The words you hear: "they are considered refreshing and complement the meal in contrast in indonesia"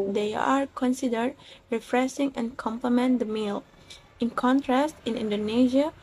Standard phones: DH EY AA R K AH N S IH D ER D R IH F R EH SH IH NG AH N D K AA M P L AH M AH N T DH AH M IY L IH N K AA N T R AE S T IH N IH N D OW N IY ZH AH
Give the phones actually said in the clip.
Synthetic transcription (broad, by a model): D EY AA R K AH N S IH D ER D R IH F R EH S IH NG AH N K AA M P L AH M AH N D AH M IY L IH N K AA N T R AE S T IH N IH N D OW N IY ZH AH